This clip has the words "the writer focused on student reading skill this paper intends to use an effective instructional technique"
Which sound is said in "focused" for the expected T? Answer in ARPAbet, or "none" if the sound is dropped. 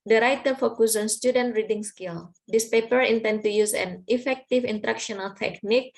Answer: none